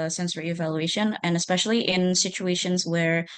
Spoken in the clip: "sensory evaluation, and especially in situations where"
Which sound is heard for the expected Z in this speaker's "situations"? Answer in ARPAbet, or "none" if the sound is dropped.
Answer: Z